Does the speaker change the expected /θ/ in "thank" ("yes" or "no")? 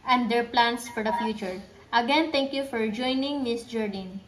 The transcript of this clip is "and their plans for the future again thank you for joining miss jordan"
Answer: yes